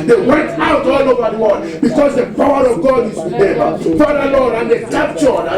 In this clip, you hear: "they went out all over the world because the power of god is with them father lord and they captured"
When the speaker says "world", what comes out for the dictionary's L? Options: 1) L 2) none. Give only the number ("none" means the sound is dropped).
2